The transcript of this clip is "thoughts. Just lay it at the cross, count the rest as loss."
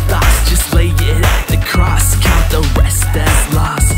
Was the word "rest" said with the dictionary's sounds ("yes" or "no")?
no